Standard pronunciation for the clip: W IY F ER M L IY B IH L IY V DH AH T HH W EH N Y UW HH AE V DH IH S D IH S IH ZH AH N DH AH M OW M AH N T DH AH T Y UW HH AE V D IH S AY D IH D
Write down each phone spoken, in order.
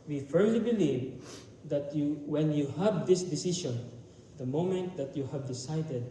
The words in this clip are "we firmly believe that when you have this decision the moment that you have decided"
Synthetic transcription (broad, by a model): W IY F ER M L IY B IH L IY V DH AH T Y W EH N Y UW HH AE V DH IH S D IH S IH SH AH N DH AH M OW M AH N T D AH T Y UW HH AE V D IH S AY D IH D